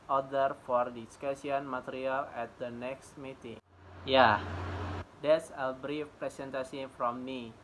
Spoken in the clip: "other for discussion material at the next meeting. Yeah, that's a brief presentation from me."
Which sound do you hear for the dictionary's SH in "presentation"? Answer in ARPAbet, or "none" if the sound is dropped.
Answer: S